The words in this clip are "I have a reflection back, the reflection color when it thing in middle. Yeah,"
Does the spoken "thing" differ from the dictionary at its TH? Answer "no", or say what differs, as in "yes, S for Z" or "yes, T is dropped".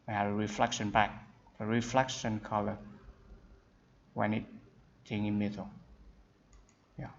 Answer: yes, T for TH